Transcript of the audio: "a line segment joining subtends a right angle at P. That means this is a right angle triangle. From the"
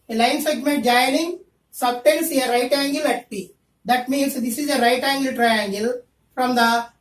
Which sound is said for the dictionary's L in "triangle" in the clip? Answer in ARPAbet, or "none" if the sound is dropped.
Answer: L